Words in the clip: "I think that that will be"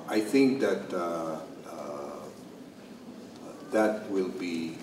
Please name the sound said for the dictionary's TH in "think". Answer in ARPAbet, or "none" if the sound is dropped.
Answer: TH